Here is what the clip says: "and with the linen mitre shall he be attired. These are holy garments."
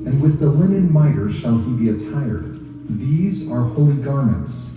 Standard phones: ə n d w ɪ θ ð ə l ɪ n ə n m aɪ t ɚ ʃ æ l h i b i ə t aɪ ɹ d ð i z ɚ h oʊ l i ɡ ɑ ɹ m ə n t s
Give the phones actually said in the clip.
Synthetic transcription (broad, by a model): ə n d w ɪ ð ə l ɪ n ə n m aɪ t ɚ ʃ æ l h i b i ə t aɪ ɹ d ð i z ɚ h oʊ l i ɡ ɑ ɹ m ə n t s